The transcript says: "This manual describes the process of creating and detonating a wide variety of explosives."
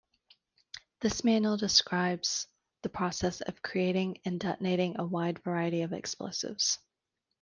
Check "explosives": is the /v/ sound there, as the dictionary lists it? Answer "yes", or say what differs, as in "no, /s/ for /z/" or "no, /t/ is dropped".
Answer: yes